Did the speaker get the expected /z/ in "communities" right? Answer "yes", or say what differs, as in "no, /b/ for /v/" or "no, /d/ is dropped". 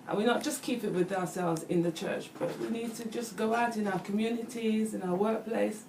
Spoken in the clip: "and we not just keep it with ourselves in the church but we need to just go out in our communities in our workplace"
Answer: yes